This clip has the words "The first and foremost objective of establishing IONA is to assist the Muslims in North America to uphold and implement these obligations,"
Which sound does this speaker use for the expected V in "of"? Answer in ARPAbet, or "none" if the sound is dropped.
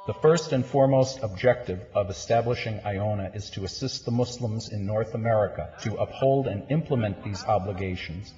V